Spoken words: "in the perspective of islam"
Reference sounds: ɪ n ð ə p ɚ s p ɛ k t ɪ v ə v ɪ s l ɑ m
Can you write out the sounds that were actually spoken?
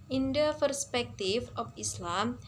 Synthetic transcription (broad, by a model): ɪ n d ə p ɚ s p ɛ k t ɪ f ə f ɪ s l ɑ m